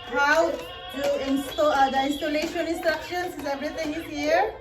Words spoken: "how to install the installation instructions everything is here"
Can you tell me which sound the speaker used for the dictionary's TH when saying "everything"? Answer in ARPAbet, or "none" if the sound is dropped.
T